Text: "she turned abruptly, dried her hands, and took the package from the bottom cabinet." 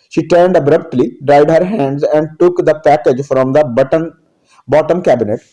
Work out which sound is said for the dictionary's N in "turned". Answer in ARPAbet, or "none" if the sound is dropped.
N